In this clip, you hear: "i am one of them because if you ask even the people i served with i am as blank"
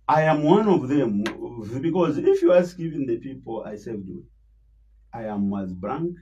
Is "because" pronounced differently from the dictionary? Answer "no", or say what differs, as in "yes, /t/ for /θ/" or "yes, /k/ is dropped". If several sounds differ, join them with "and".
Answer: no